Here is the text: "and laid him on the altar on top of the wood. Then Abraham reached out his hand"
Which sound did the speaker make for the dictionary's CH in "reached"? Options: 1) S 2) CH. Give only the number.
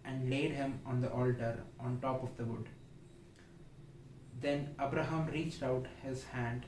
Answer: 2